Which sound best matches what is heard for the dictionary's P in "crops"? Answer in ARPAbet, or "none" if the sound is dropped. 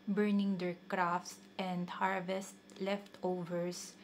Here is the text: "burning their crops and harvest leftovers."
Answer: F